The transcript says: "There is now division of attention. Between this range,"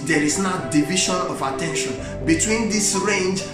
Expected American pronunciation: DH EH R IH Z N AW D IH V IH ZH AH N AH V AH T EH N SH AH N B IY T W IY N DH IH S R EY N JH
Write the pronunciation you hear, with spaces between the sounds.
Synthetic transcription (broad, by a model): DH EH R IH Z N AW D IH V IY SH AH N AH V AH T EH N SH AH N B IY T W IY N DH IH S R EY N JH